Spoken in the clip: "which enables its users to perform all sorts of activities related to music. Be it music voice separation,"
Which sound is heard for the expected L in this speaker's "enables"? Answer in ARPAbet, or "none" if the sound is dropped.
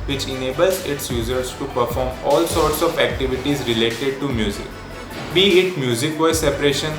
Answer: L